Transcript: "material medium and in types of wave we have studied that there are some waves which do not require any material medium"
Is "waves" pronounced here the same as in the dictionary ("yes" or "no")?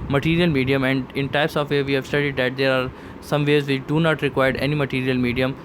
no